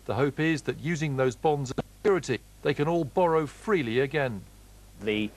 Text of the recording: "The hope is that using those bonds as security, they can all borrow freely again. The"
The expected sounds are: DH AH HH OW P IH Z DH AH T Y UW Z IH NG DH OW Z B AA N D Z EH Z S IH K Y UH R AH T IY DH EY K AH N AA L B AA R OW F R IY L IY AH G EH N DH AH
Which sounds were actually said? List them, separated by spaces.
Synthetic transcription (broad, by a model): DH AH HH OW P IH Z DH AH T Y UW Z IH NG DH OW Z B AA N D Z Z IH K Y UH R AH T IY DH EY K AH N AA L B AA R OW F R IY L IY AH G EH N DH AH